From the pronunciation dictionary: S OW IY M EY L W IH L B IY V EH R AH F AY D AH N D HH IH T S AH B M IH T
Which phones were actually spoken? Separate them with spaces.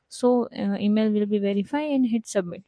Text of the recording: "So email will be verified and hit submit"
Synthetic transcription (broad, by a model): S OW IY M EY L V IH L B IY V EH R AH F AY AH N D HH IH T S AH B M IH T